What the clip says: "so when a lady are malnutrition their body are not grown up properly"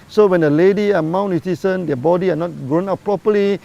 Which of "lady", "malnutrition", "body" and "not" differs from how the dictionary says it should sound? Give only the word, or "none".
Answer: malnutrition